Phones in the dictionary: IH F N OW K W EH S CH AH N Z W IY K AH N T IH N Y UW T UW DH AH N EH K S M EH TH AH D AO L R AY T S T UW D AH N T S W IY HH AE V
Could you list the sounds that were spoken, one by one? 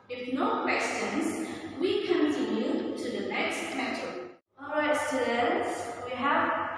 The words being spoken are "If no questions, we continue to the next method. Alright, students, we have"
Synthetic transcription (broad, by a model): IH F N OW K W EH S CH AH N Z W IY K AH N T IH N Y UW T UW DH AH N EH K S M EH T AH AO L R AY T S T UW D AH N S W IY HH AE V